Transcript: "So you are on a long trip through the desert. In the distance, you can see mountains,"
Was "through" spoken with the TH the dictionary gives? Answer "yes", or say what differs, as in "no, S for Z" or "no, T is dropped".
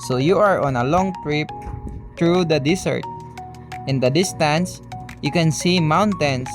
no, T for TH